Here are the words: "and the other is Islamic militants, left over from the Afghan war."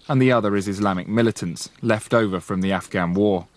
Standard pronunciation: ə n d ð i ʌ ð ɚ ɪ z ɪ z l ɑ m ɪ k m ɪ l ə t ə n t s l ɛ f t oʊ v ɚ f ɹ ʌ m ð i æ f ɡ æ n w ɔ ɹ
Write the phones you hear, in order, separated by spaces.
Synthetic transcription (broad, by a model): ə n ð i ʌ ð ɚ ɪ z ɪ z l ɑ m ɪ k m ɪ l ə t ə n t s l ɛ f t oʊ v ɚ f ɹ ʌ m ð i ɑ f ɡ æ n w ɔ